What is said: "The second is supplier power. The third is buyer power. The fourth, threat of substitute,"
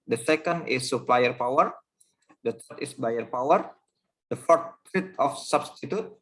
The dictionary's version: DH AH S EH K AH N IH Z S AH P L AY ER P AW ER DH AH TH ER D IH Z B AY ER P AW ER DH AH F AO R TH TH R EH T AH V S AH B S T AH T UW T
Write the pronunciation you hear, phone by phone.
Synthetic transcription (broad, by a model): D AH S EH K AH N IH S AH P L AY ER P AW ER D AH T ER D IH S B AY ER P AW ER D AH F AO R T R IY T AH F S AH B S T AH T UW T